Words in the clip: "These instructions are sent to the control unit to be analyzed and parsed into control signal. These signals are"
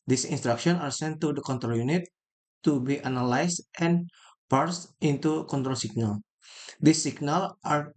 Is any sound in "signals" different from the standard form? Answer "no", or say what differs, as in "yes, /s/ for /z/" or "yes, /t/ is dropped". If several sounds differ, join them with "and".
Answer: yes, /z/ is dropped